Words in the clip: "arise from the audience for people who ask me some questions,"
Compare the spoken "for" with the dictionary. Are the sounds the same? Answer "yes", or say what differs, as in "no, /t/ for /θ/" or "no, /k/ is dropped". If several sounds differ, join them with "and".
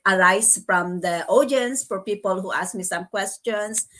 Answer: yes